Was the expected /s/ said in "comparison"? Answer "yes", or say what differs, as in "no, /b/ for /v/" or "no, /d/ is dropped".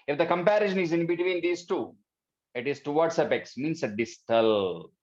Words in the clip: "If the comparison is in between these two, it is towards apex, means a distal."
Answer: no, /ʃ/ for /s/